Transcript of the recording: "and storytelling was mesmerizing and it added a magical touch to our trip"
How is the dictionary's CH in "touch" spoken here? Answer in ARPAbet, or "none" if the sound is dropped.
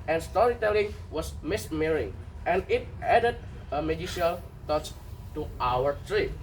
S